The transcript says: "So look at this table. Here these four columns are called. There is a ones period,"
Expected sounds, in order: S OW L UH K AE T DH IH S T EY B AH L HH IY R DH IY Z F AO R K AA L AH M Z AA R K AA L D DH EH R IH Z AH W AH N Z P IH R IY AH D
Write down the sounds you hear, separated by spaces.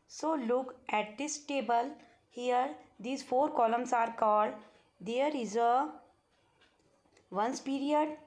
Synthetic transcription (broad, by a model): S OW L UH K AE T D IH S T EY B AH L HH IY R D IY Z F AO R K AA L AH M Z AA R K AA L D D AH R IH Z AH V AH N S P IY R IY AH D